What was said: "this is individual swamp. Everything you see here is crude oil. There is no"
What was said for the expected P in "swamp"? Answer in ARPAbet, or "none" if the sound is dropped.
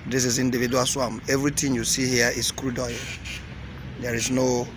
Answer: none